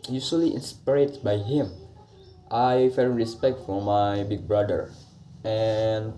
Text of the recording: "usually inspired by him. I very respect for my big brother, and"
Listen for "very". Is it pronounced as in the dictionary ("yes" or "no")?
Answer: no